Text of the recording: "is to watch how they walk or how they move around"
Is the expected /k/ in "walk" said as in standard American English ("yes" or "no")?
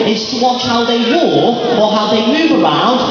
no